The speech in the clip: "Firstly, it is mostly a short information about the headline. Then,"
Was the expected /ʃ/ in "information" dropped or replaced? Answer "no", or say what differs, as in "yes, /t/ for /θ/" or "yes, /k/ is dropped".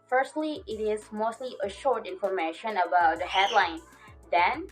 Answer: no